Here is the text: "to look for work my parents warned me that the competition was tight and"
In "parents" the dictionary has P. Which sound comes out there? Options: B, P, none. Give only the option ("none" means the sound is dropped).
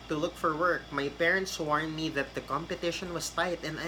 P